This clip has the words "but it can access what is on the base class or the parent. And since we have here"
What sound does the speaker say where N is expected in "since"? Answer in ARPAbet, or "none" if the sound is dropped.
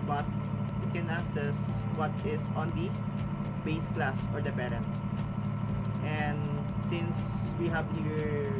N